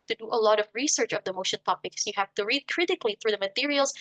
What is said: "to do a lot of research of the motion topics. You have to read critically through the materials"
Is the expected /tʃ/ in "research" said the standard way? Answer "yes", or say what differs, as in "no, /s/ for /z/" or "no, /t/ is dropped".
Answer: yes